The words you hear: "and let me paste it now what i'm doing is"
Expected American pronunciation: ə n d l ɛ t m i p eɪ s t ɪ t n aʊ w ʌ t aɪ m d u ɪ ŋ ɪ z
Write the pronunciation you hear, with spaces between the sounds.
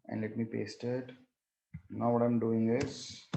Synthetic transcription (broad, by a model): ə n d l ɛ t m i p eɪ s t ɪ t n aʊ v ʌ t aɪ m d u ɪ ŋ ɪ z